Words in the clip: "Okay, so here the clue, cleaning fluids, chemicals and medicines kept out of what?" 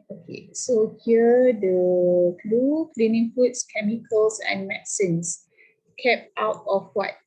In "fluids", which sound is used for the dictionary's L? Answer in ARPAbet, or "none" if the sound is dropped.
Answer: none